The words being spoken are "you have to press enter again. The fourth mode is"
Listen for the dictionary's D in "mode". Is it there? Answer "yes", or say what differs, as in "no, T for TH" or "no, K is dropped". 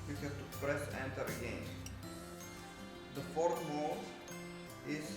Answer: no, D is dropped